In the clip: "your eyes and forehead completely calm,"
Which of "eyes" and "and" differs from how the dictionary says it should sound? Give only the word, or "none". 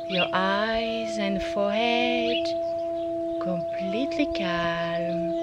none